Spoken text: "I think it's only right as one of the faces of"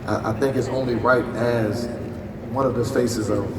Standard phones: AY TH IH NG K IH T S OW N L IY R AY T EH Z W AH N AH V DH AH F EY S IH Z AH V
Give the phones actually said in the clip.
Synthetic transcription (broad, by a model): AY TH IH NG K IH T S OW N L IY R AY T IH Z W AH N AH V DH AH F EY S IH Z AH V